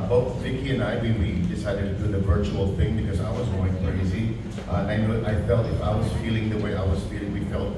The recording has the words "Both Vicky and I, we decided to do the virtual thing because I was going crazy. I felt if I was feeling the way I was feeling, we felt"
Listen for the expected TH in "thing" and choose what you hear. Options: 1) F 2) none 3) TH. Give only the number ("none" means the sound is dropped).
3